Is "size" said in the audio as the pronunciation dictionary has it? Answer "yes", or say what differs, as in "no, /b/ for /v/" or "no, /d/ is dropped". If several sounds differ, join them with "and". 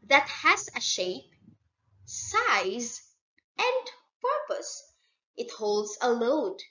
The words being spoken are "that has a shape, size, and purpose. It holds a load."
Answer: yes